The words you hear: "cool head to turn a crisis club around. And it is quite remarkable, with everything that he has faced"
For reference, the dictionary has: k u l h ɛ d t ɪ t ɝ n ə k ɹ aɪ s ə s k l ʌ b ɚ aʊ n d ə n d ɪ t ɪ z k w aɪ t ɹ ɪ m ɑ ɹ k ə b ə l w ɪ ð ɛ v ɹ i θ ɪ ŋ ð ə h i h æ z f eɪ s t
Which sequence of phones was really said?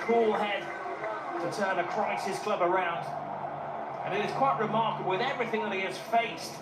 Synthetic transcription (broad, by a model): k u l h ɛ d t ɪ t ɝ n ə k ɹ aɪ s ə s k l ʌ b ɚ aʊ n d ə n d ɪ t ɪ z k w aɪ t ɹ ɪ m ɑ ɹ k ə b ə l w ɪ ð ɛ v ɹ i θ ɪ ŋ ð ə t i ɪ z f eɪ s t